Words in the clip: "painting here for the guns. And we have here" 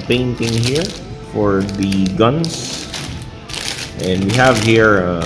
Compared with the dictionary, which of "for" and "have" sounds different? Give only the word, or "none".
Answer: none